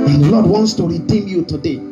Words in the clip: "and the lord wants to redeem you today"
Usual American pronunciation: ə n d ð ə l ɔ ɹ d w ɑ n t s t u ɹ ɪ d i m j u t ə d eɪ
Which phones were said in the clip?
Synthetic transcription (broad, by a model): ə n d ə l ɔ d w ɑ n t s t u ɹ ɪ d i m j u t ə d eɪ